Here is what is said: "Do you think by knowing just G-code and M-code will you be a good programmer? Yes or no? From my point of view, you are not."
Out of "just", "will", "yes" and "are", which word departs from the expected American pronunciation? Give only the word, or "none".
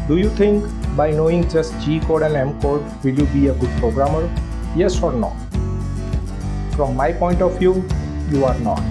none